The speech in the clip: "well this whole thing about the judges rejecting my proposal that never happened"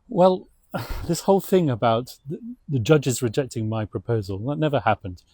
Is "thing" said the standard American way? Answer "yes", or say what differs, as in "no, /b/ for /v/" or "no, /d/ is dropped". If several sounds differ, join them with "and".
yes